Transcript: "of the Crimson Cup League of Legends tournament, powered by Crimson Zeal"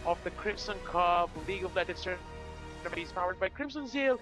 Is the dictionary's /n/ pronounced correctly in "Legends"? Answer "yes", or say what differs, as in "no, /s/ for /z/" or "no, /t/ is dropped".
no, /n/ is dropped